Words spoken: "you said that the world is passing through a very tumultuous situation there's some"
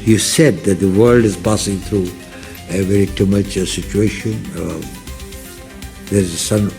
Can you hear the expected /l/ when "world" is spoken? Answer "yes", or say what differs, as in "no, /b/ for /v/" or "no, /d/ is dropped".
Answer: yes